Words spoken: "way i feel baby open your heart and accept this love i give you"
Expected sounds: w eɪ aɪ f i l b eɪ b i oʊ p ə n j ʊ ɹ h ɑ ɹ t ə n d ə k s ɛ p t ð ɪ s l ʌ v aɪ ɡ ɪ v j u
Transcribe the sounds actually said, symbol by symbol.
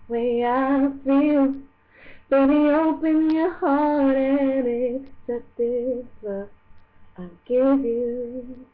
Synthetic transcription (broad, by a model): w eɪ aɪ f i l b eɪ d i oʊ p ə n j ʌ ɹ h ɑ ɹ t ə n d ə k s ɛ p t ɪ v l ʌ aɪ ɡ ɪ v j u